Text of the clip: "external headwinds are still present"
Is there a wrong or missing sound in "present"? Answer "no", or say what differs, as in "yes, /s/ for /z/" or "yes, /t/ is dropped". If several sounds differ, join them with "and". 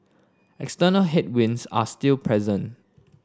no